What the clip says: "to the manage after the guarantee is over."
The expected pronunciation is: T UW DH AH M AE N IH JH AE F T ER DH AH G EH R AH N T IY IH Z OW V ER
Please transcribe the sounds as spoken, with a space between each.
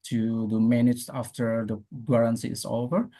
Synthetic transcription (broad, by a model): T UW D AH M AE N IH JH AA F T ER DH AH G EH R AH N S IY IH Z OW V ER